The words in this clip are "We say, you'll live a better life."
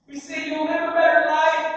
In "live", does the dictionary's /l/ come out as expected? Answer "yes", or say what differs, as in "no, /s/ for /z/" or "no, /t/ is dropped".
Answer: no, /n/ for /l/